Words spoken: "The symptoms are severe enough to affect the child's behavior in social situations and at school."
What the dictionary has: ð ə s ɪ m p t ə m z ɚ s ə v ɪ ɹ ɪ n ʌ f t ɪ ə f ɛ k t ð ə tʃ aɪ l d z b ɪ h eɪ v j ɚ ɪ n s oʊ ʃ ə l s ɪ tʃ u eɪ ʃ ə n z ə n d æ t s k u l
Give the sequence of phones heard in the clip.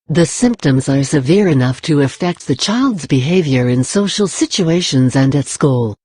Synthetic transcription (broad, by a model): ð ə s ɪ m p t ə m z ɚ s ə v ɪ ɹ ɪ n ʌ f t ɪ ə f ɛ k t ð ə tʃ aɪ l d z b ɪ h eɪ v j ɚ ɪ n s oʊ ʃ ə l s ɪ tʃ u eɪ ʃ ə n z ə n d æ t s k u l